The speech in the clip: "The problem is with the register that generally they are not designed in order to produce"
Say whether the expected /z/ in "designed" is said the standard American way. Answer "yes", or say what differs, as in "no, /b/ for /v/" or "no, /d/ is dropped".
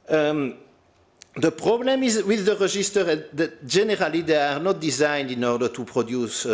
yes